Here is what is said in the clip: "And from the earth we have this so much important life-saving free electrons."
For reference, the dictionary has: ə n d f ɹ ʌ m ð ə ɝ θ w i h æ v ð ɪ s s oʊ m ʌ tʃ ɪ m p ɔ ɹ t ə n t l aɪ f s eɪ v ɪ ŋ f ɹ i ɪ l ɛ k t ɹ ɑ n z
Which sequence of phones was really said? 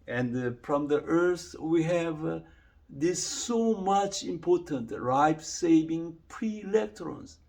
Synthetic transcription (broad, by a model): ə n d f ɹ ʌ m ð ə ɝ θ w i h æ v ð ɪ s s oʊ m ʌ tʃ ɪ m p ɔ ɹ t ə n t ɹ aɪ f s eɪ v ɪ ŋ p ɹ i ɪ l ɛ k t ɹ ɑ n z